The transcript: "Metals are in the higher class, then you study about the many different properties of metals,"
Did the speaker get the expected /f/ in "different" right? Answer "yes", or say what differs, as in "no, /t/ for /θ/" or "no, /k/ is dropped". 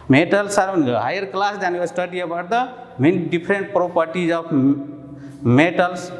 no, /p/ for /f/